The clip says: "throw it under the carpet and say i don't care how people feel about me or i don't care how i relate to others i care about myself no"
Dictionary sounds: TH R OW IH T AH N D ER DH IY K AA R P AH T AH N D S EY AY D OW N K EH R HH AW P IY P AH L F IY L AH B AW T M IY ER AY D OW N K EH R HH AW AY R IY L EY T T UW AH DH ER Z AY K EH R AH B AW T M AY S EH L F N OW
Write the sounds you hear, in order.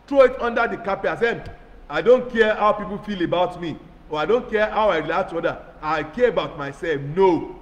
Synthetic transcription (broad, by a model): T R OW IH T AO N D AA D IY K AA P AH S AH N AY D OW N K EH HH AW P IY P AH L F IY L AH B AW T M IY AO AY D OW N K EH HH AW AY R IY L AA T T UW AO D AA AY K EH AH B AW T M AY S EH L F N OW